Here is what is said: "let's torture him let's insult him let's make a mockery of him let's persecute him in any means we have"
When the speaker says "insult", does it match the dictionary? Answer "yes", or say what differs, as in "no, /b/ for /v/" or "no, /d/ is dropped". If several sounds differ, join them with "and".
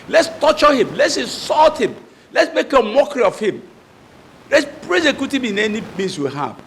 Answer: no, /n/ is dropped